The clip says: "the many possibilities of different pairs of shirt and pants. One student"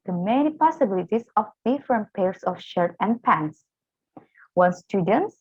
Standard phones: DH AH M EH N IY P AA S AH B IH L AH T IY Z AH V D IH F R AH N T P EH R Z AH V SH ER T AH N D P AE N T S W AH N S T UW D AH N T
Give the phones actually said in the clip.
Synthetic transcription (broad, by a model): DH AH M EH N IY P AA S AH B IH L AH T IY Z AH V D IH F R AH N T P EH R S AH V SH ER T AH N D P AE N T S W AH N S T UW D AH N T